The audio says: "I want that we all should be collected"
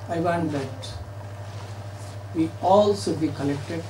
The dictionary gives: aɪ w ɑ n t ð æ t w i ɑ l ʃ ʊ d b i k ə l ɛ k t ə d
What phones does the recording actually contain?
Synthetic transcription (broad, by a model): aɪ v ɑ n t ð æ t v i ɑ l s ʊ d b i k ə l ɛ k t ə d